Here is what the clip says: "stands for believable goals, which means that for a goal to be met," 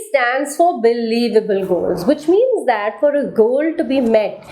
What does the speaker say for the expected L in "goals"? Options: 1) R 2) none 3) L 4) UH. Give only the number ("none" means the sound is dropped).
3